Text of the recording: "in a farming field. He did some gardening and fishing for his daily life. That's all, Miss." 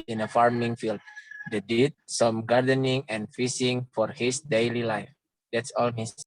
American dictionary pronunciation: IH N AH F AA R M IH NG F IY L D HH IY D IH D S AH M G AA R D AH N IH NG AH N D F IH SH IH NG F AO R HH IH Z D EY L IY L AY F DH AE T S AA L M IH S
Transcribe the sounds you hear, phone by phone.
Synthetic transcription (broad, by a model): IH N AH F AA R M IH NG F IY L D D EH D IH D S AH M G AA R D AH N IH NG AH N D F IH S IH NG F AO R HH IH S D EY L IY L AY F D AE T S AA L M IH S